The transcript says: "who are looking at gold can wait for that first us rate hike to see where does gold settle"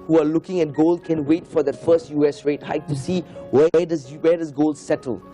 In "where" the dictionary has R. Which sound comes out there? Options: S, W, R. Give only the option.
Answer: W